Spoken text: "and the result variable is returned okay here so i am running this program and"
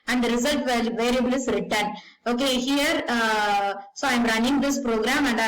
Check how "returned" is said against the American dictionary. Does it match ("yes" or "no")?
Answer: no